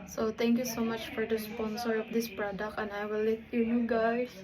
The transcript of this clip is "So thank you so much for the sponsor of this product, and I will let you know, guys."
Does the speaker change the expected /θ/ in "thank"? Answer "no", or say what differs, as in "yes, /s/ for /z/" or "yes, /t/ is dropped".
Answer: yes, /t/ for /θ/